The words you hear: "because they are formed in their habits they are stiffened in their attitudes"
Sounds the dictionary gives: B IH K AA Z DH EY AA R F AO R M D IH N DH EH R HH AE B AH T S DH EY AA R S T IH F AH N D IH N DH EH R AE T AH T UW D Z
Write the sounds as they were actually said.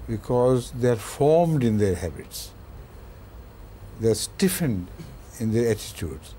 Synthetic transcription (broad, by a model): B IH K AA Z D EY AA R F AO R M D IH N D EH R HH AE B AH T S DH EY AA R S T IH F AH N D IH N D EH R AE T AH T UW D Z